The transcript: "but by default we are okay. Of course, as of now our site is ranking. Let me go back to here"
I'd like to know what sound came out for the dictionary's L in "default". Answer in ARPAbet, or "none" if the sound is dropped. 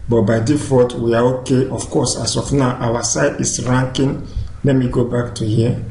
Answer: none